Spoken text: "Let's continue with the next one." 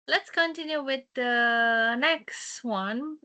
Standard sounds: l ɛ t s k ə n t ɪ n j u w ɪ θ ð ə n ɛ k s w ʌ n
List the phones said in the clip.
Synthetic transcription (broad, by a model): l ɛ t s k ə n t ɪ n j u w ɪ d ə n ɛ k s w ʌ n